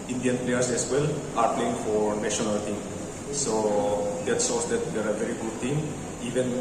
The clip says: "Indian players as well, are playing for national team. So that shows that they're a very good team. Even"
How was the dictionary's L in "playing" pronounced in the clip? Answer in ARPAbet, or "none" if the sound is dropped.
L